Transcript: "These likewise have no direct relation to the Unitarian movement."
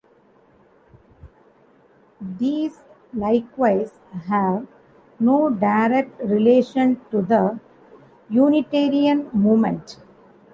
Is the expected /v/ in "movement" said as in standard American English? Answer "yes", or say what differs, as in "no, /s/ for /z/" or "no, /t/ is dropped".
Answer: no, /v/ is dropped